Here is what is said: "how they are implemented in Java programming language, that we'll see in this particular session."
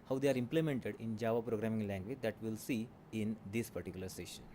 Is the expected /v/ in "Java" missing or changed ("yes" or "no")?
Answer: no